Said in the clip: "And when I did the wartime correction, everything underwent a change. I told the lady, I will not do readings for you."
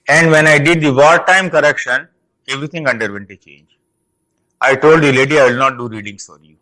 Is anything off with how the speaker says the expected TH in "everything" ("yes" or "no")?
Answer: yes